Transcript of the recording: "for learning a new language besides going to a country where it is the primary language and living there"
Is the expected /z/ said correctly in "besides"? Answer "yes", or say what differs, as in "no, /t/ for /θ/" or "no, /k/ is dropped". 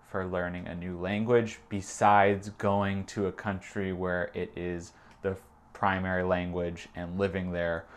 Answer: yes